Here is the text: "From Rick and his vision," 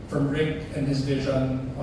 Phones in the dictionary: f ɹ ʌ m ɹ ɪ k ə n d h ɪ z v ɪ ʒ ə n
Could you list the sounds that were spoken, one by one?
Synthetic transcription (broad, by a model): f ɹ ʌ m ɹ ɪ k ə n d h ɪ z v ɪ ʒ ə n